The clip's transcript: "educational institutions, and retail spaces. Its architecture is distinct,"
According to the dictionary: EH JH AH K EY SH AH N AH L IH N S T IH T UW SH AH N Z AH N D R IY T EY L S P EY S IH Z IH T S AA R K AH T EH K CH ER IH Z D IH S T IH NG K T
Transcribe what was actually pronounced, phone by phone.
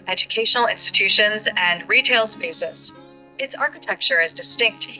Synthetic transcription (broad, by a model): EH JH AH K EY SH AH N L IH N S T IH T UW SH AH N Z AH N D R IY T EY L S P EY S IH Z IH T S AA R K AH T EH K CH ER IH Z D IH S T IH NG K T